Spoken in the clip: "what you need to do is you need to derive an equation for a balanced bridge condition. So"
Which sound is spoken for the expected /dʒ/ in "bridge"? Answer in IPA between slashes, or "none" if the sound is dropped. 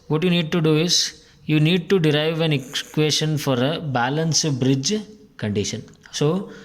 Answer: /dʒ/